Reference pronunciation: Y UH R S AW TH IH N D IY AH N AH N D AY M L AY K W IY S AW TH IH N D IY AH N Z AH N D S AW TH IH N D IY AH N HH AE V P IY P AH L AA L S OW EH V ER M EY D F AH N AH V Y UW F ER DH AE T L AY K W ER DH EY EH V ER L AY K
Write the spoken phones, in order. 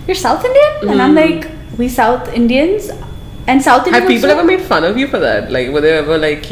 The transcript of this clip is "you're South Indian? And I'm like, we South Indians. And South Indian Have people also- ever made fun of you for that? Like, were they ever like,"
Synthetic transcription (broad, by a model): Y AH R S AW TH IH N D IY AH AH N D AY M L AY K W IY S AW TH IH N D IY AH N Z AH N S AW TH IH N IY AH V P IY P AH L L EH V ER M EY D F AH N AH V Y UW F ER DH AE T L AY K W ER DH EY EH V ER L AY K